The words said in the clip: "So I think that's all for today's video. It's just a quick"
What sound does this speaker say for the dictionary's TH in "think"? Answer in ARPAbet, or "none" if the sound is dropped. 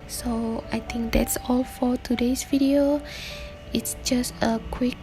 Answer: T